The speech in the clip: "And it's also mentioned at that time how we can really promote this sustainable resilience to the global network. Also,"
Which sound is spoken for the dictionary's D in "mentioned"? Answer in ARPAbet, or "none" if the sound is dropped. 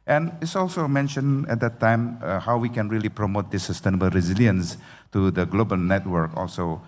none